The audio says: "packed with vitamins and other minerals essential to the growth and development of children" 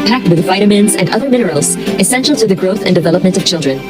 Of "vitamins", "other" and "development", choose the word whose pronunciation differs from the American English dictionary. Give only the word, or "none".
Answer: none